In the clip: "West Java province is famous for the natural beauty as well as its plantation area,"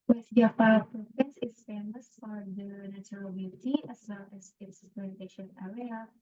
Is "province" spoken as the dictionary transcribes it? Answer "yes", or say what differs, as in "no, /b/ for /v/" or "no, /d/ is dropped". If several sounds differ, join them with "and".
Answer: no, /p/ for /v/